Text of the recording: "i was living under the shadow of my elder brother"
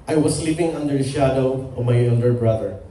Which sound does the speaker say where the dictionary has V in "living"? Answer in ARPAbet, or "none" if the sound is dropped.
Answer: P